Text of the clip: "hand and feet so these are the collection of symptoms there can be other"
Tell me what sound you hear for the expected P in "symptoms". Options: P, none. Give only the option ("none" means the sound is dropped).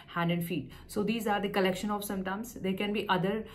none